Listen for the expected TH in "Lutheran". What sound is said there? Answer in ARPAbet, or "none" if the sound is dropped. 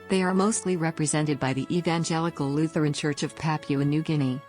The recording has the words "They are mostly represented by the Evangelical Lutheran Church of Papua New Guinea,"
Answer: TH